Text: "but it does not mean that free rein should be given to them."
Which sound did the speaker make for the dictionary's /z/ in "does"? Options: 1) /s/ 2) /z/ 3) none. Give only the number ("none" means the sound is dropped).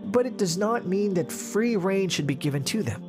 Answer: 2